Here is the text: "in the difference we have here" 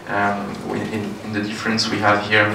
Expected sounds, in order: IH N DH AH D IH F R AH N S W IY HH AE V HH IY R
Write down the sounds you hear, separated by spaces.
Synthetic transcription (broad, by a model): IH N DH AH D IH F R AH N S W IY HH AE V HH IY R